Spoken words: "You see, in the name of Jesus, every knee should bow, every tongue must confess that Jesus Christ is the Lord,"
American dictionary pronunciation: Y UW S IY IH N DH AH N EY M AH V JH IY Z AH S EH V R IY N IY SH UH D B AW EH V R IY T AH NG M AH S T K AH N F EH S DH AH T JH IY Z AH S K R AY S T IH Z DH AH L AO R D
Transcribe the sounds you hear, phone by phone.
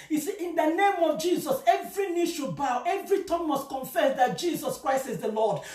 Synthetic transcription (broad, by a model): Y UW S IY IH N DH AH N EY M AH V JH IY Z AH S EH V R IY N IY SH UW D B AW EH V R IY T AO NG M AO S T K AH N F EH S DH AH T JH IY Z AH S K R AY S T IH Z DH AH L AO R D